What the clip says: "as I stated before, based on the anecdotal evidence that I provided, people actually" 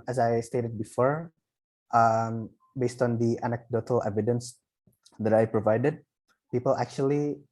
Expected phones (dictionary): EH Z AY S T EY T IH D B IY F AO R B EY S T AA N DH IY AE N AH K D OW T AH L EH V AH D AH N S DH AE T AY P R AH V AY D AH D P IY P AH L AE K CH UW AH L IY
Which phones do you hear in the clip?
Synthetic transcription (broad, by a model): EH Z AY S T EY T IH D B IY F AO R B EY S T AA N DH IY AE N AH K D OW T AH L EH V AH D AH N S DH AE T AY P R AH V AY D AH D P IY P AH L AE K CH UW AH L IY